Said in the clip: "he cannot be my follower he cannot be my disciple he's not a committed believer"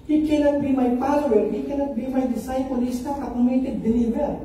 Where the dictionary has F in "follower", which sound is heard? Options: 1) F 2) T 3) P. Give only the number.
3